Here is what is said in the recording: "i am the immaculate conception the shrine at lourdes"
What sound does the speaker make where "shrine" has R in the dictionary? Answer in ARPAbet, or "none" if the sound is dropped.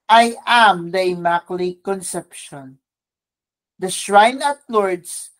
R